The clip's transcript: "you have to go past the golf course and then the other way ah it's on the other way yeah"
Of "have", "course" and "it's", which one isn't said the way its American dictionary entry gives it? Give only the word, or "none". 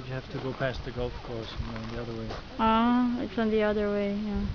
have